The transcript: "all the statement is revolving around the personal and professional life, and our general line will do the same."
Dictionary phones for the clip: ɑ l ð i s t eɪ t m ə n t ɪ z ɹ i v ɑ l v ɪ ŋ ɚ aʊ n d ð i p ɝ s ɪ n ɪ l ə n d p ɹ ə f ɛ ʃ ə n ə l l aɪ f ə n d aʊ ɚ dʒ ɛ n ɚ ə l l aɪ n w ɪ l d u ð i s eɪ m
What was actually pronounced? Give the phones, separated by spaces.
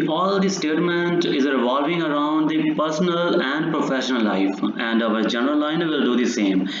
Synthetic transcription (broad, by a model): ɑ l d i s t eɪ t m ə n t ɪ z ɹ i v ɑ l v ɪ ŋ ɚ aʊ n d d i p ɝ s ɪ n ɪ l ə n d p ɹ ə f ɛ ʃ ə n ə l l aɪ f ə n d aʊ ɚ dʒ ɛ n ɚ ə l l aɪ n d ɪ l d u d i s eɪ m